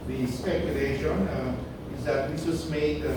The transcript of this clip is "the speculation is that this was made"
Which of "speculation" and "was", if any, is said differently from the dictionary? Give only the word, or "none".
was